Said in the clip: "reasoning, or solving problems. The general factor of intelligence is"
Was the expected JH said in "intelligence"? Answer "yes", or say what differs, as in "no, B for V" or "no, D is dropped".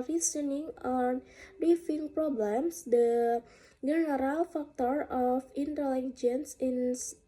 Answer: yes